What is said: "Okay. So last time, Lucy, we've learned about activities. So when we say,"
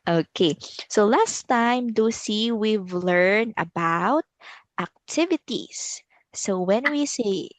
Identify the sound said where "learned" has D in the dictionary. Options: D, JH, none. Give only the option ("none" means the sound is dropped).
none